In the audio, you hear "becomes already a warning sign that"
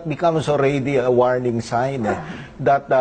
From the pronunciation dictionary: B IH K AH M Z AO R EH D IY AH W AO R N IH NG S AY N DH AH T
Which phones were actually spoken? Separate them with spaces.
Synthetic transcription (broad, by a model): B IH K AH M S AO R EH D IY AH W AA R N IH NG S AY N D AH T